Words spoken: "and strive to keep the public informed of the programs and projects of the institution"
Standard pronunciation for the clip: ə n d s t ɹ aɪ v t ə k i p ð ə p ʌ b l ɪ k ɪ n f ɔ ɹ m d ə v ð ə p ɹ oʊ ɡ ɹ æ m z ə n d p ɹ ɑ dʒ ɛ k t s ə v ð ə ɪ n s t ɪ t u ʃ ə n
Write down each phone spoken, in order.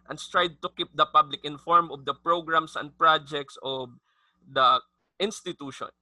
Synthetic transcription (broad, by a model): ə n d s t ɹ aɪ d t ə k i p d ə p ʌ b l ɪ k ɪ n f ɔ ɹ m ə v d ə p ɹ oʊ ɡ ɹ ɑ m s ə n d p ɹ ɑ dʒ ɛ k t s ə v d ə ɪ n s t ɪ t u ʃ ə n